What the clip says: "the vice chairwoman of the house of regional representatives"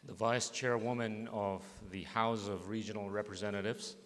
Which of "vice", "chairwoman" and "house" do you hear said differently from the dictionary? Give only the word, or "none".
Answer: none